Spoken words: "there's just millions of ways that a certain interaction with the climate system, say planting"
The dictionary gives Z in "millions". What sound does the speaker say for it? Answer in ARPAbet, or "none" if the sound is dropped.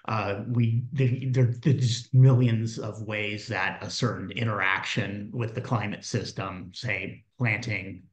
Z